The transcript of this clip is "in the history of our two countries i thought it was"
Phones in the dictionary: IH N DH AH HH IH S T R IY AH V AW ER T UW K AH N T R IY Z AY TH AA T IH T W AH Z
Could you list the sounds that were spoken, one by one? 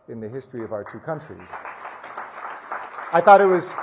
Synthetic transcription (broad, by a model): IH N DH AH HH IH S T R IY AH V AW ER T UW K AH N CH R IY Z AY TH AA T IH T W AH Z